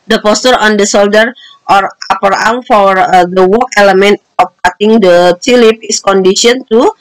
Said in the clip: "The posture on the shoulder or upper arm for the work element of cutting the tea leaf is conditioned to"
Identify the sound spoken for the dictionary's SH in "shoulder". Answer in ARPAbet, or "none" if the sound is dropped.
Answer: S